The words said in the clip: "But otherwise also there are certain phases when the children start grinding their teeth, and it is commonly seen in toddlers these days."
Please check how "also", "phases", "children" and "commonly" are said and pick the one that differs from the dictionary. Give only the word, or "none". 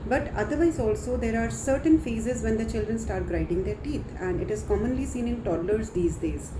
none